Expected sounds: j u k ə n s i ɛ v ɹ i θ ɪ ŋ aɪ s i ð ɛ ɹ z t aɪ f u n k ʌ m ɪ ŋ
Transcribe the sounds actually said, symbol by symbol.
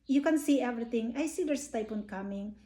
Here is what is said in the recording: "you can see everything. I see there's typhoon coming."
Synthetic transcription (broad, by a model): j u k ə n s i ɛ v ɹ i t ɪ ŋ aɪ s i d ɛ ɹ s t aɪ p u n k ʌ m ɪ ŋ